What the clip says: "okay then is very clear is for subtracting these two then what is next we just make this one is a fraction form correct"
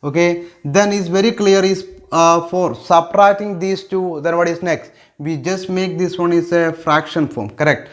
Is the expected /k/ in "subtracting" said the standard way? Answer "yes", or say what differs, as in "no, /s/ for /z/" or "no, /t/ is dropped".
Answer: no, /k/ is dropped